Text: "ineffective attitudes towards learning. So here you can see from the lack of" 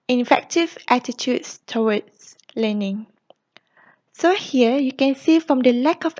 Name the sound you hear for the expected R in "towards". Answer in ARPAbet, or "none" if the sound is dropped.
W